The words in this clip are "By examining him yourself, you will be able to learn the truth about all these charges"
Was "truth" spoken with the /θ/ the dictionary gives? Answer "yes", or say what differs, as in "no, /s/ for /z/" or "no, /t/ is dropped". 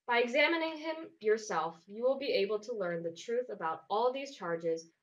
yes